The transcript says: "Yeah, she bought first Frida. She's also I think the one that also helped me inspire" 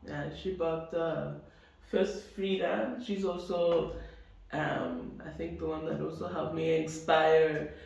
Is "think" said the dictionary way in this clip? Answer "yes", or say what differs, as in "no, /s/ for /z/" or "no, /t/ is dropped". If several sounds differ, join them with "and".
yes